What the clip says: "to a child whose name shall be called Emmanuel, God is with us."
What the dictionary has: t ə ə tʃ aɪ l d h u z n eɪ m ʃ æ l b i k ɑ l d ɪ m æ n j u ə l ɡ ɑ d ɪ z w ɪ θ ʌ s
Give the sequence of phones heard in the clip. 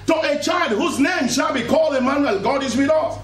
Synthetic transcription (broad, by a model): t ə ə tʃ aɪ l d h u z n eɪ m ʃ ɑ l b i k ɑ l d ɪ m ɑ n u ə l ɡ ɑ d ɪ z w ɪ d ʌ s